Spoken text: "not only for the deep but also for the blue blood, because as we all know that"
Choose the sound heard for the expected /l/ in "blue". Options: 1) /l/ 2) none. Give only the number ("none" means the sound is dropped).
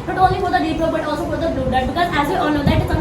2